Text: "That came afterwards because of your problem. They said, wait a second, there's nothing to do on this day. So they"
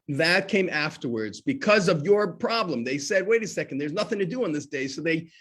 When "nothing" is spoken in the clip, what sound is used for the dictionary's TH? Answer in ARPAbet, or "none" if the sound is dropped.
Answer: TH